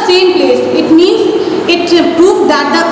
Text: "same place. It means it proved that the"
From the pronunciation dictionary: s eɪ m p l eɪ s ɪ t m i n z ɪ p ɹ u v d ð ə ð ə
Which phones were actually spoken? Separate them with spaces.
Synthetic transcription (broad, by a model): s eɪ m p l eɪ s ɪ t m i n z ɪ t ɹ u p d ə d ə